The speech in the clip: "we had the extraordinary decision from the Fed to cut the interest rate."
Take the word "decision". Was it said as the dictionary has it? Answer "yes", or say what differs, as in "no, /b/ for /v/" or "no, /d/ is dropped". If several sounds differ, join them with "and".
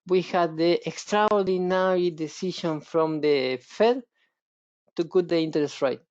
no, /ʃ/ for /ʒ/